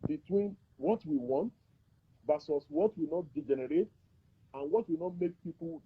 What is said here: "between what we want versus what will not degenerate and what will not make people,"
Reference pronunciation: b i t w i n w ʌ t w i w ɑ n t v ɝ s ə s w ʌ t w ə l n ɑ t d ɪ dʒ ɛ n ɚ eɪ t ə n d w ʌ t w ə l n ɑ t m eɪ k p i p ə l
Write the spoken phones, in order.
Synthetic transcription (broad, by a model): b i t w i n w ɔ t w i w ɑ n t b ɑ s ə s w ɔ t w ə n ɑ t d ɪ dʒ ɛ n ɚ eɪ t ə n w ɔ t w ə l n ɑ t m eɪ k p i p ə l